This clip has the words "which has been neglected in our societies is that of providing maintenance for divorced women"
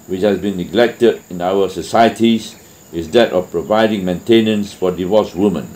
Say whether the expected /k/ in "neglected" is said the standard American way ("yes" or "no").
yes